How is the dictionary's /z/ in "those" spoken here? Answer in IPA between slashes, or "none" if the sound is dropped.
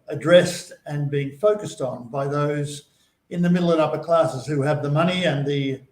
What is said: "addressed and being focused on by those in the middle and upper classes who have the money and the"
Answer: /z/